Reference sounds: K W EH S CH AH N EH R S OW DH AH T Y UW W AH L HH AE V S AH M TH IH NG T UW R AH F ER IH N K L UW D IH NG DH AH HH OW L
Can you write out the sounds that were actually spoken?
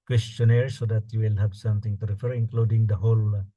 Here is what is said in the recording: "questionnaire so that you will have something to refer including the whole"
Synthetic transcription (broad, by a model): K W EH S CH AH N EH R S OW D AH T Y UW W AH L HH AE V S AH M T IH NG T UW R AH F ER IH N K L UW D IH NG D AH HH OW L